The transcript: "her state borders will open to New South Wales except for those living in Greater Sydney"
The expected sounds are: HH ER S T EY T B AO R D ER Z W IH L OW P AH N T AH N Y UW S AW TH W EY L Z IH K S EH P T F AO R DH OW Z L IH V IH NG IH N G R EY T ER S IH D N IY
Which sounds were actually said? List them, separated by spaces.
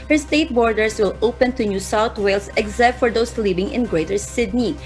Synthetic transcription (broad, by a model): HH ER S T EY T B AO R D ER S W IH L OW P AH N T AH N Y UW S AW T W EY L S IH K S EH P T F AO R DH OW S L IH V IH NG IH N G R EY T ER S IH D N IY